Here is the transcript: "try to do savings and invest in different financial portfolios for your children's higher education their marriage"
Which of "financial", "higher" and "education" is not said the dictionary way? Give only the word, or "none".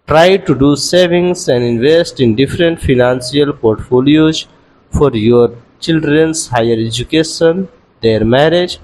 financial